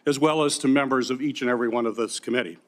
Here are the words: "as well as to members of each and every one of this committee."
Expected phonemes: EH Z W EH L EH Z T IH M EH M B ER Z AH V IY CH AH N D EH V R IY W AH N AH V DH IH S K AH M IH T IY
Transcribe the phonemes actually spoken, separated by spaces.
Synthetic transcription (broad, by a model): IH Z W EH L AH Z T IH M EH M B ER Z AH V IY CH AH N EH V R IY W AH N AH V DH IH S K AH M IH T IY